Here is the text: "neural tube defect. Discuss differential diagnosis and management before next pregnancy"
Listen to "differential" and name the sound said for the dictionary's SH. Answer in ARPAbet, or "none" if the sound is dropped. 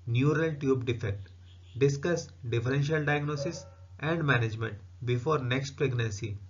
SH